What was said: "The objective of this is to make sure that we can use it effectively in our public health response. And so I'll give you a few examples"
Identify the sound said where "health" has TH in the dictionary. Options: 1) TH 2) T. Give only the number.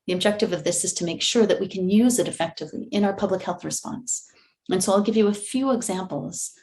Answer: 1